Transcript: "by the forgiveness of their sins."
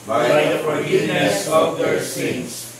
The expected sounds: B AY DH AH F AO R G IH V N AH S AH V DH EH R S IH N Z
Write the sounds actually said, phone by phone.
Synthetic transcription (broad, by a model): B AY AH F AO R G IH N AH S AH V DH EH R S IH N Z